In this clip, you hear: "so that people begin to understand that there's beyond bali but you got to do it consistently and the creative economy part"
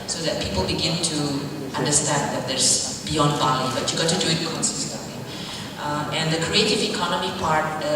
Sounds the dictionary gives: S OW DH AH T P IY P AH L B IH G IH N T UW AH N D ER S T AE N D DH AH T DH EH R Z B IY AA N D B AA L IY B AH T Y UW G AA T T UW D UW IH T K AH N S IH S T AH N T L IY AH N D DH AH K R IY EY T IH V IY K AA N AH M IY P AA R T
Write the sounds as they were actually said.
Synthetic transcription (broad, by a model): S OW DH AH T P IY P AH L B IH G IH N T UW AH N D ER S T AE N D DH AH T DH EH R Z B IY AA N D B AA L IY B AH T Y UW G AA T T UW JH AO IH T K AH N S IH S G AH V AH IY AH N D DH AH K R IY EY T IH V IY K AA N AH M IY P AA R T